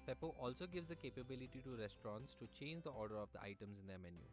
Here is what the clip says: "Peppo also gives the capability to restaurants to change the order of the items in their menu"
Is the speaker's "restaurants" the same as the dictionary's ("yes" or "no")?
yes